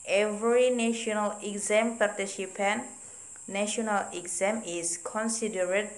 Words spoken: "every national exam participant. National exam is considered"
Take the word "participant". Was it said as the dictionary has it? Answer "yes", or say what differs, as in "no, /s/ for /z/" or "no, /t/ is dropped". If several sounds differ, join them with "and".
no, /ʃ/ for /s/